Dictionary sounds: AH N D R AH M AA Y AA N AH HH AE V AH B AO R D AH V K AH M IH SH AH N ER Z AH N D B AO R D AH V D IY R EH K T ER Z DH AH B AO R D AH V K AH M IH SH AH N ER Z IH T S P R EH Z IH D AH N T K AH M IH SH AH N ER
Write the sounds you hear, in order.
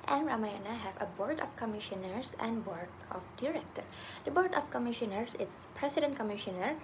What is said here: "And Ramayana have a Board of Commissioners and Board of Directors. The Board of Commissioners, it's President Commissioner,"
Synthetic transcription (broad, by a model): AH N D R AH M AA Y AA N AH HH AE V AH B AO R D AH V K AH M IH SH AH N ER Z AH N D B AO R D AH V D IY R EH K T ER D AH B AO R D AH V K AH M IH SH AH N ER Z IH T S P R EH S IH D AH N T K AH M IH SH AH N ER